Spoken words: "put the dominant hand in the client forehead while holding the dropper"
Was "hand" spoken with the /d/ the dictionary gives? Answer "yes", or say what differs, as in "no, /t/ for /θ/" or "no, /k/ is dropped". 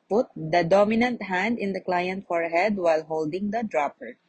yes